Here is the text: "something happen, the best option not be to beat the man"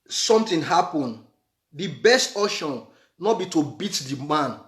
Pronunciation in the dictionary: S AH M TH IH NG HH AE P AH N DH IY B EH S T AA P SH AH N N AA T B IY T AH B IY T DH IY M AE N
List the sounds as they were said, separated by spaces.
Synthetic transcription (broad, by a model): S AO M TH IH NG HH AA P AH N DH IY B EH S T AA SH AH N N AA T B IY T AH B IY T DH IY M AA N